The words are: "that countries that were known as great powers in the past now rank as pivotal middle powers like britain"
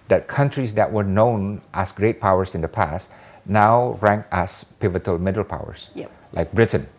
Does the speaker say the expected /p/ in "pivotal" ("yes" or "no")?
yes